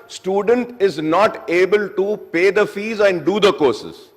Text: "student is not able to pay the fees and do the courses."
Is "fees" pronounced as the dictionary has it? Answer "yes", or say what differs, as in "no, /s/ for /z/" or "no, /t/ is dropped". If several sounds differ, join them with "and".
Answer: yes